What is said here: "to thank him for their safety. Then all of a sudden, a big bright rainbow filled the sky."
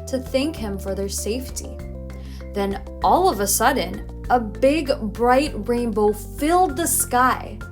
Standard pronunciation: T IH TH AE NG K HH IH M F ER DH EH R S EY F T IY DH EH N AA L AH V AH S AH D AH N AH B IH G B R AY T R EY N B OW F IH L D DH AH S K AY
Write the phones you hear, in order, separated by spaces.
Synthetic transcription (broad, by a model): T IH TH AE NG K HH IH M F ER DH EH R S EY F T IY DH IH N AA L AH V AH S AH D N AH B IH G B R AY T R EY N B OW F IH L D DH AH S K AY